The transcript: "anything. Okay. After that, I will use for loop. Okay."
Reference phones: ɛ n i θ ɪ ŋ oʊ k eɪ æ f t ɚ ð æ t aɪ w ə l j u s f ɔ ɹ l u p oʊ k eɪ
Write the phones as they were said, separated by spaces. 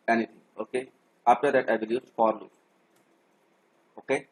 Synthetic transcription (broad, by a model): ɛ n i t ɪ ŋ oʊ k eɪ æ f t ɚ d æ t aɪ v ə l j u s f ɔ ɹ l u oʊ k eɪ